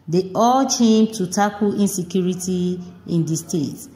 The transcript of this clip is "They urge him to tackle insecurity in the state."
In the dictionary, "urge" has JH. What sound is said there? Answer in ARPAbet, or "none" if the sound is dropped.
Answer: CH